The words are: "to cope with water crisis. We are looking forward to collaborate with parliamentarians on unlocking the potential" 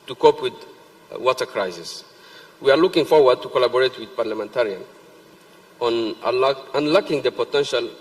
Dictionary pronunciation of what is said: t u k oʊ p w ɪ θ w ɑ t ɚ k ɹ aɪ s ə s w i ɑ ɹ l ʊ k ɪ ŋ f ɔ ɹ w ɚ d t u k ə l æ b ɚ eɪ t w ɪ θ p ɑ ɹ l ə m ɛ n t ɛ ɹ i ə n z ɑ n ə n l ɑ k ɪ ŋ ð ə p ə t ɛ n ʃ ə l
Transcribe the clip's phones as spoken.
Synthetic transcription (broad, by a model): t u k oʊ p w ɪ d w ɑ t ɚ k ɹ aɪ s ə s w i ɑ ɹ l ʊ k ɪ ŋ f ɔ ɹ w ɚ d t u k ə l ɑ b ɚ eɪ t w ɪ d p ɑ ɹ l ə m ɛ n t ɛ ɹ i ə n ɑ n ə n l ɑ k ɪ ŋ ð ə p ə t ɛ n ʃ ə l